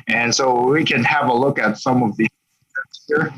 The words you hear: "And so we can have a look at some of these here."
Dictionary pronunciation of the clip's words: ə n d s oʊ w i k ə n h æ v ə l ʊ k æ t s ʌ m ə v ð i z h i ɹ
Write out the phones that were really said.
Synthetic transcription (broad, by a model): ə n s oʊ w i k ə n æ v ə l ʊ k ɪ t s ʌ m ə v ð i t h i ɹ